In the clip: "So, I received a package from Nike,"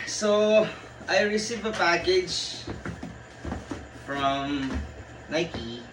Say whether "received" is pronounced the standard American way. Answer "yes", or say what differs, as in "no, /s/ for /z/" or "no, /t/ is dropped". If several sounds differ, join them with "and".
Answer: no, /d/ is dropped